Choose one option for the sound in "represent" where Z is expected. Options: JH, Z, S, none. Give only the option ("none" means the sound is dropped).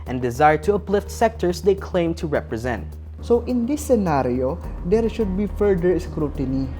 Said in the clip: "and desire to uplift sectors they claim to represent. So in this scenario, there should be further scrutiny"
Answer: Z